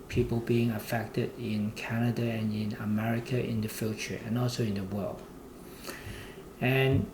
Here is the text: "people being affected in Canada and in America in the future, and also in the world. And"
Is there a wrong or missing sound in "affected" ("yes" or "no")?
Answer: no